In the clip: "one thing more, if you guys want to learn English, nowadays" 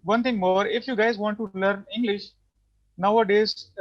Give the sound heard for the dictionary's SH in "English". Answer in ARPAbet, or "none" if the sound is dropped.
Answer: SH